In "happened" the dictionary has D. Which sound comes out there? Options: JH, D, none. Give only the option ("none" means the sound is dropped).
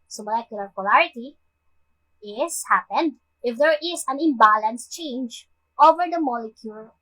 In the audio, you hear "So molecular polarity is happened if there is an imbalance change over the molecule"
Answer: D